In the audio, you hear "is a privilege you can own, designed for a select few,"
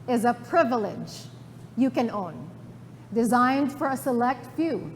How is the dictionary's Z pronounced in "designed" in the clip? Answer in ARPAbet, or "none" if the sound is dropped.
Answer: Z